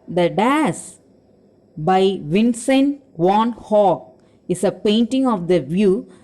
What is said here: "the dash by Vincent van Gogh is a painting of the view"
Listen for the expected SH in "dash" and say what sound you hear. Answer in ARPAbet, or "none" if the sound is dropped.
S